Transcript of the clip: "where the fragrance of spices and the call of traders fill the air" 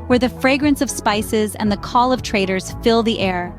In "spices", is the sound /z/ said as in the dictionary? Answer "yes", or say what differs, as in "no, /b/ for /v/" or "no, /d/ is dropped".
yes